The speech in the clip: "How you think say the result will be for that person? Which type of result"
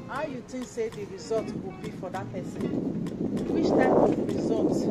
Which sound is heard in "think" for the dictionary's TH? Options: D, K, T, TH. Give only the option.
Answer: T